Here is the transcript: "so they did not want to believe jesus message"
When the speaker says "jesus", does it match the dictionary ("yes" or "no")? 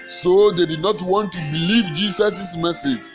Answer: no